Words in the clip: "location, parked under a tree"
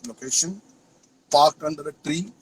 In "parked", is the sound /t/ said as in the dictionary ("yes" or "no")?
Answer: yes